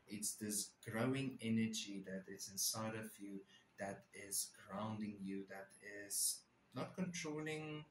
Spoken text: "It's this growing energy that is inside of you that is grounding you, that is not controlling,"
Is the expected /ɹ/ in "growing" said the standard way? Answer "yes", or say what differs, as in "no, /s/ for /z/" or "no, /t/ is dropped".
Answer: yes